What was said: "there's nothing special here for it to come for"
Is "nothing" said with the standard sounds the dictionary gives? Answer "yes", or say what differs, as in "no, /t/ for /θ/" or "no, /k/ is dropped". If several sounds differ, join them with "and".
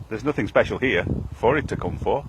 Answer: yes